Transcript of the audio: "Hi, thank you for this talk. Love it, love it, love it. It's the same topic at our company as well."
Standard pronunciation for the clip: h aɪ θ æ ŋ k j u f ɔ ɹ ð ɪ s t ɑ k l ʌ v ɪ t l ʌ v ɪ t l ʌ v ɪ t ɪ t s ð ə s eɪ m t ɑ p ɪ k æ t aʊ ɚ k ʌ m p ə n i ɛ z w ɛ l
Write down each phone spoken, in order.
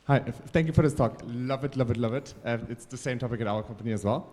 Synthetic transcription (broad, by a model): h aɪ t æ ŋ k j u f ɔ ɹ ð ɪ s t ɑ k l ʌ v ɪ t l ʌ v ɪ t l ʌ v ɪ t ɪ t s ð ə s eɪ m t ɑ p ɪ k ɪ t aʊ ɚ k ʌ m p ə n i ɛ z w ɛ l